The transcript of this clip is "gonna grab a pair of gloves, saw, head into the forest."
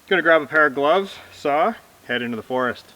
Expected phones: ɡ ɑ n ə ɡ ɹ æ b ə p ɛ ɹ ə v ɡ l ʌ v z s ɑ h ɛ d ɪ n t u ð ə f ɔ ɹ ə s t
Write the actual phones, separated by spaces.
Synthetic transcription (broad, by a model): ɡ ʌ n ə ɡ ɹ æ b ə p ɛ ɹ ə v ɡ l ʌ v z s ɑ h ɛ d ɪ n t u ð ə f ɔ ɹ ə s t